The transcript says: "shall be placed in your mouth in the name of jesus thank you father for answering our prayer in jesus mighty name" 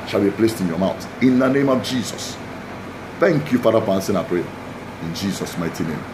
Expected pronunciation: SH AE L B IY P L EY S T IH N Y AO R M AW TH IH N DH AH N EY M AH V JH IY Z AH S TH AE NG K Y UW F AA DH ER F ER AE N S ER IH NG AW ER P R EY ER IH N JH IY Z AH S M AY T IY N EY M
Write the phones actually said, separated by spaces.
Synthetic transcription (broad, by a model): SH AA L B IY P L EY S T IH N Y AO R M AW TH IH N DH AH N EY M AH V JH IY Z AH S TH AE NG K Y UW F AA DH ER F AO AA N S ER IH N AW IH P R EY IH N JH IY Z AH S M AY T IY N EY M